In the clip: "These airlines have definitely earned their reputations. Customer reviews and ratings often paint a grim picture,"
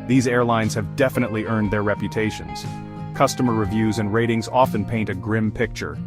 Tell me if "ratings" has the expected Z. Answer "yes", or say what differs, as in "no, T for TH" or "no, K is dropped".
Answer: yes